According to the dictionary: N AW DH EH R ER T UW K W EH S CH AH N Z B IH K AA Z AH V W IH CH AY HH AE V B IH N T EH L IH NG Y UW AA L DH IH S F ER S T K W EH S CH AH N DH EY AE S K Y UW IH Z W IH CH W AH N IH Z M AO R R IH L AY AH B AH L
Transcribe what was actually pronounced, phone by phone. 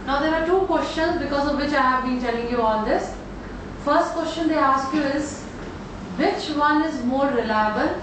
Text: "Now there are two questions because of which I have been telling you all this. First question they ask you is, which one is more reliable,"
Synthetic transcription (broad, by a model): N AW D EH R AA T UW K W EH S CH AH N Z B IH K AA Z AH V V IH CH AY HH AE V B IH N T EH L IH NG Y UW AA L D IH S F ER S T K W EH S CH AH N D EY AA S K Y UW IH Z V IH CH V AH N IH Z M AO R R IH L AY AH B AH L